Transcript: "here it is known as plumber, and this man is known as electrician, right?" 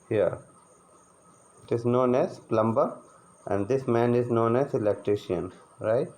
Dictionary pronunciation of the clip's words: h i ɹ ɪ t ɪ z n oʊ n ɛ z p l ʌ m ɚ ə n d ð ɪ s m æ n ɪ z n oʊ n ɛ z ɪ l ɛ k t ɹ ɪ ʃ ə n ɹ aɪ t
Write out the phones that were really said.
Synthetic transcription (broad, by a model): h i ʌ ɪ t ɪ z n oʊ n ɛ z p l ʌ m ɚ ə n d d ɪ s m æ n ɪ z n oʊ n ɛ z ɪ l ɛ k t ɹ ɪ ʃ ə n ɹ aɪ t